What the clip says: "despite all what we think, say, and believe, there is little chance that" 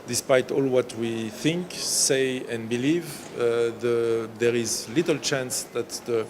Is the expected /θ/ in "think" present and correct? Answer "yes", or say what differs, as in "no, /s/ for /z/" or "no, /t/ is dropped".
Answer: yes